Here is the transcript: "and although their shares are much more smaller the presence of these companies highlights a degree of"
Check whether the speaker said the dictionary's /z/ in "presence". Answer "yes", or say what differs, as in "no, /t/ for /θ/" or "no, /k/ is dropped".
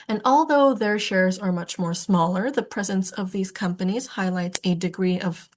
yes